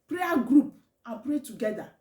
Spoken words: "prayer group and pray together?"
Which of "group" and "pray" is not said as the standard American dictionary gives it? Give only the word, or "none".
none